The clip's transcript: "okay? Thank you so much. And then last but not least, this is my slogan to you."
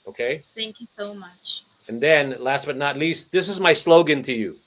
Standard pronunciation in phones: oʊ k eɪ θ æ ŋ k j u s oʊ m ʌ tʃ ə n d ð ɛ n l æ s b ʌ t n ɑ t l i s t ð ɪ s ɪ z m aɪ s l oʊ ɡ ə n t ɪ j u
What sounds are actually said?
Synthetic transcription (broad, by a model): oʊ k eɪ θ æ ŋ k j u s oʊ m ʌ tʃ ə n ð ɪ n l æ s b ʌ t n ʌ t l i s t ð ɪ s ɪ z m aɪ s l oʊ ɡ ə n t ɪ j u